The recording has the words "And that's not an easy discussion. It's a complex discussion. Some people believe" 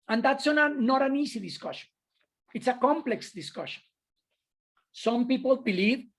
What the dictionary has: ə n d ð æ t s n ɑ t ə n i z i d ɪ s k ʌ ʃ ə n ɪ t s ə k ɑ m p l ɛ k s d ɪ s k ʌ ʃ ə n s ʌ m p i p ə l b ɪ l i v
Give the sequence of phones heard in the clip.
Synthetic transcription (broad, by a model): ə n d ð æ t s n ɑ t ə n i s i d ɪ s k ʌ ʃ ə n ɪ t s ə k ɑ m p l ɛ k s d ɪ s k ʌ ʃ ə n s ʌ m p i p ə l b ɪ l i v